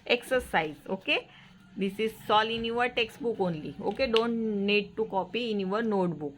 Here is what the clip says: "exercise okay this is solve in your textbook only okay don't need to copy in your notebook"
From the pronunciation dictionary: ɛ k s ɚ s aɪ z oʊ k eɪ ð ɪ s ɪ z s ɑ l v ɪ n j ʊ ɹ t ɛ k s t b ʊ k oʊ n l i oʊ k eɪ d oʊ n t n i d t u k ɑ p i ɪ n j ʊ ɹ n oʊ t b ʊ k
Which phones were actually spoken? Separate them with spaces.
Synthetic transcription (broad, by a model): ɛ k s ɚ s aɪ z oʊ k eɪ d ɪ s ɪ z s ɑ l ɪ n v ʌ ɹ t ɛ k s t b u k oʊ n l i oʊ k eɪ d oʊ n t n i d t u k ɑ p i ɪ n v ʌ ɹ n oʊ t b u k